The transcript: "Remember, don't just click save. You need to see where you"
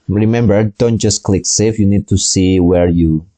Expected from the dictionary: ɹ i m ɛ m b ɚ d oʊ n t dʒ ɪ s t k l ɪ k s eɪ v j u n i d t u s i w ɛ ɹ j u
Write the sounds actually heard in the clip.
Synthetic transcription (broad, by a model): ɹ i m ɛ m b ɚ d oʊ n t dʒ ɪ s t k l ɪ k s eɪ f j u n i d t u s i w ɛ ɹ j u